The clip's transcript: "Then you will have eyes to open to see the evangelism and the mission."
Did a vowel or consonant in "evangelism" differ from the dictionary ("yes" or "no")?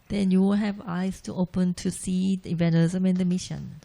yes